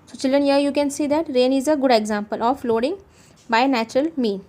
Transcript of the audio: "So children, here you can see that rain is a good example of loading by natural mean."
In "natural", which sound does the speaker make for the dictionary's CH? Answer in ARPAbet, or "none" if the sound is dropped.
CH